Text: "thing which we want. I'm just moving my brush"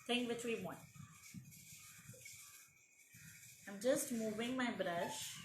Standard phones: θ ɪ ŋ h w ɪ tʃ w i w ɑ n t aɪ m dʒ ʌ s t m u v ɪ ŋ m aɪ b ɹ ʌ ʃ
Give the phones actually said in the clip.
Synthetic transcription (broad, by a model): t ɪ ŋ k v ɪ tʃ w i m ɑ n aɪ m dʒ ʌ s t m u v ɪ ŋ m aɪ b ɹ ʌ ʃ